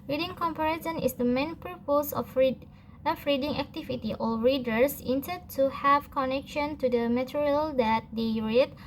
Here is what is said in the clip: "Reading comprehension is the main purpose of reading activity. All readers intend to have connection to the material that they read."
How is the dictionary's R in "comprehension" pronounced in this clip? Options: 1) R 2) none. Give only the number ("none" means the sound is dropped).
2